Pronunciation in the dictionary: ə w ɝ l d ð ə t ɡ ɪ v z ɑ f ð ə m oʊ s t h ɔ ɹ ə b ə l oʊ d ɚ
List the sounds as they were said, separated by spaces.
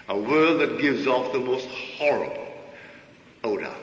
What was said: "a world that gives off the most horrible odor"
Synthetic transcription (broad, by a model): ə w ɝ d ð ə t ɡ ɪ v z ɑ f ð ə m oʊ s t h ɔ ɹ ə b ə l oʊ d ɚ